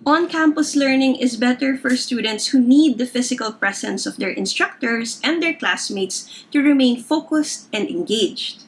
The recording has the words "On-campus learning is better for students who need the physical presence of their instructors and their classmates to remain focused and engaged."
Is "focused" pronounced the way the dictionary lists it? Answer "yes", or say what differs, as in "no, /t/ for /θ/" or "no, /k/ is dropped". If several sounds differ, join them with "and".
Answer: yes